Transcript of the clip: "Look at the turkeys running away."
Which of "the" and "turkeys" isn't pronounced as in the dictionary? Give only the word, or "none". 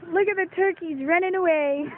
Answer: none